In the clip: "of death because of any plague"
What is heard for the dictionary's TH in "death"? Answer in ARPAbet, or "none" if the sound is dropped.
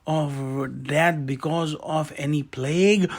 T